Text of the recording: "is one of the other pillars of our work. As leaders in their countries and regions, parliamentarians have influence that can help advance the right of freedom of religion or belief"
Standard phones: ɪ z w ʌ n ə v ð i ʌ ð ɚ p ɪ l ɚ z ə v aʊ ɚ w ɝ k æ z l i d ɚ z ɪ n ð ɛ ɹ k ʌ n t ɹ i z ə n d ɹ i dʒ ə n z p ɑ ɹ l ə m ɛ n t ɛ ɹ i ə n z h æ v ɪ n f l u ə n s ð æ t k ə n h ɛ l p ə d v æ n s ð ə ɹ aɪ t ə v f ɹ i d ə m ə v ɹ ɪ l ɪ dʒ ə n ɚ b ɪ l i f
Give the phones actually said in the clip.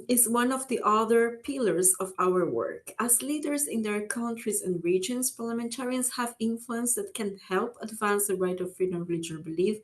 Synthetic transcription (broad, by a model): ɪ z w ʌ n ə v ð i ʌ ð ɚ p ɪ l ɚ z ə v aʊ ɚ w ɝ k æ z l i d ɚ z ɪ n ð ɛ ɹ k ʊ n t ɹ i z ə n d ɹ i dʒ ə n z p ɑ ɹ l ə m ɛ n t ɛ ɹ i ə n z h æ v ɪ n f l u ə n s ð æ t k ə n h ɛ l p ə d v æ n s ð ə ɹ aɪ t ə v f ɹ i d ə m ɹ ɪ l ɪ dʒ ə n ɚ b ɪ l i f